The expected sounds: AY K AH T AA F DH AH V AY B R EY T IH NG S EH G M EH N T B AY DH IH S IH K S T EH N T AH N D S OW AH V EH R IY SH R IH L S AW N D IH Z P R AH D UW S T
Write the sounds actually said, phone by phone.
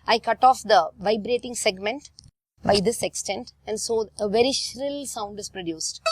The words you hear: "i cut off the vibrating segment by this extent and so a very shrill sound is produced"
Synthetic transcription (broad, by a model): AY K AH T AA F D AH V AY B R EY T IH NG S EH G M EH N T B AY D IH S IH K S T EH N T AH N D S OW AH V EH R IY SH R IH L S AW N D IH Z P R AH D UW S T